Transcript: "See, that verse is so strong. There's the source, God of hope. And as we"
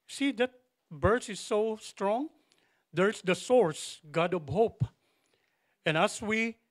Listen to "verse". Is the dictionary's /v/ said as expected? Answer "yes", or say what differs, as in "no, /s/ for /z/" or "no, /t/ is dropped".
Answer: no, /b/ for /v/